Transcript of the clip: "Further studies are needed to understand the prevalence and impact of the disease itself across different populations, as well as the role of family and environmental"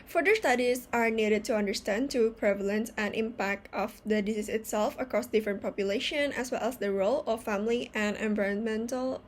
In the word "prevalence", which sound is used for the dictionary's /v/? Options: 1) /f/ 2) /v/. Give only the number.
2